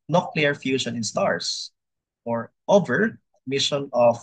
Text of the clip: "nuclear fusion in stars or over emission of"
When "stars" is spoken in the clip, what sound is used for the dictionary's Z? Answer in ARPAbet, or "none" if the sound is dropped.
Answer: S